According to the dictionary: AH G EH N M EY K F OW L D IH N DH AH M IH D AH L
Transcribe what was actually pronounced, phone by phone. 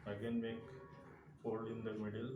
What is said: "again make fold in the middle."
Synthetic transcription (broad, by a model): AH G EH N M EY K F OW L IH N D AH M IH D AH L